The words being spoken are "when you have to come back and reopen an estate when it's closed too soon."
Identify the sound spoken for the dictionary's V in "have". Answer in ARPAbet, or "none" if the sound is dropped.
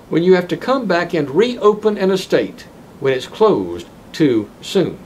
F